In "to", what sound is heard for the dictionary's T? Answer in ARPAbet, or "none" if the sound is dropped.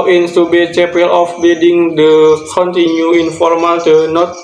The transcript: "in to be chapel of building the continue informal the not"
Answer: S